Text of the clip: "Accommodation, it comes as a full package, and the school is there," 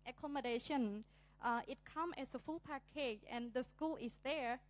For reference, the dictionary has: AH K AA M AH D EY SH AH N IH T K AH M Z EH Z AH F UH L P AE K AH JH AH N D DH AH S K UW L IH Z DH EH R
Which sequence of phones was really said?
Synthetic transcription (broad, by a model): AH K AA M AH D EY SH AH N IH T K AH M EH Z AH F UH L P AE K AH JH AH N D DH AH S K UW L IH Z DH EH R